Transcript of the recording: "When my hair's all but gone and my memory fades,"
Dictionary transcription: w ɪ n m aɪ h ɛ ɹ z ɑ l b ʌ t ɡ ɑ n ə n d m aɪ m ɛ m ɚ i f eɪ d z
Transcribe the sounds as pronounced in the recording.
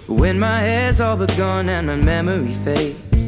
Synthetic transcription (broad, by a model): w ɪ n m aɪ h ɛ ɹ z ɑ l b ʌ t ɡ ɑ n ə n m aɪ m ɛ m ɚ i f eɪ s